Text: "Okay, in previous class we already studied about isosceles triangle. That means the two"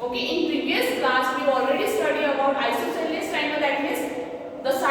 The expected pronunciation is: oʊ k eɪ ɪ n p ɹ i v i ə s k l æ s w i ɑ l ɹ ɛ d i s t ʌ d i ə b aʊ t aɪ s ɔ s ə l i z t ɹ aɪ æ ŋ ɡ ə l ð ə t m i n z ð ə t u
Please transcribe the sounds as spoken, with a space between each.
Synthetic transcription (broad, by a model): oʊ k eɪ ɪ n p ɹ i v i ə s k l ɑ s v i ɑ l ɹ ɛ d i s t ʌ d i ə b aʊ t aɪ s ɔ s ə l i s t aɪ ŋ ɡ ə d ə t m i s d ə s